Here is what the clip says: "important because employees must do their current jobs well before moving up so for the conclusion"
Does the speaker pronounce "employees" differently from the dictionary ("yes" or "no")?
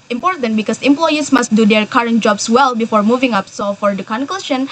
yes